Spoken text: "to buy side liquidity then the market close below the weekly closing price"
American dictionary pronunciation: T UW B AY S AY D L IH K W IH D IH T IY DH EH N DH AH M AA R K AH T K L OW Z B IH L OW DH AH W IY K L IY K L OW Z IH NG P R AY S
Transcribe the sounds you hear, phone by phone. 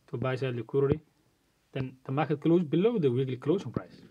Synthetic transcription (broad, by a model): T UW B AY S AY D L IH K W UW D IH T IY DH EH N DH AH M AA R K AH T K L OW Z B IH L OW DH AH W IY K L IY K L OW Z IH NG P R AY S